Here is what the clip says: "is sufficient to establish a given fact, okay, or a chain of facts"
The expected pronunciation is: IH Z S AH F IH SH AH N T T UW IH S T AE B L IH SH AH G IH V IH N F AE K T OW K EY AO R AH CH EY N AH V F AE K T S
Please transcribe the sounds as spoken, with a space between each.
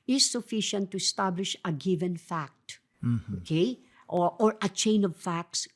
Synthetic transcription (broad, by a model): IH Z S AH F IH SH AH N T T UW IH S T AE B L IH SH AH G IH V IH N F AE K T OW K EY AO R AH CH EY N AH V F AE K T S